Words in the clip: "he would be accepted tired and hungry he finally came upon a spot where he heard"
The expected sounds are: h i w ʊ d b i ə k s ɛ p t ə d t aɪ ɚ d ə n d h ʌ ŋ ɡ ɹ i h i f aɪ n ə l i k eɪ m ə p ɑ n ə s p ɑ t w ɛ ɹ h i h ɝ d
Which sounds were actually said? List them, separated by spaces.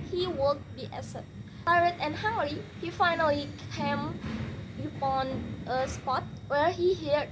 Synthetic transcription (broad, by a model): h i w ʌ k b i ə s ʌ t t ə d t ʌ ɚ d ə n h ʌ ŋ ɡ ɹ i h i f aɪ n ə l i k eɪ m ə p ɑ n ə s p ɑ t w ɛ ɹ h i h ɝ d